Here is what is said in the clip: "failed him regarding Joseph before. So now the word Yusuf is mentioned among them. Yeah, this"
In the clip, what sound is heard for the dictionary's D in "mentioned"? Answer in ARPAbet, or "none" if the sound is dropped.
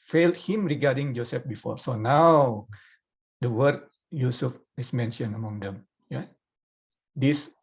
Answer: none